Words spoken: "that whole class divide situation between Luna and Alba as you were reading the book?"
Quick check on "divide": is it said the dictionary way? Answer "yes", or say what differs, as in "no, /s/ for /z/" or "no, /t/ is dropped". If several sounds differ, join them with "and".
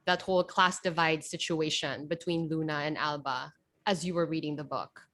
yes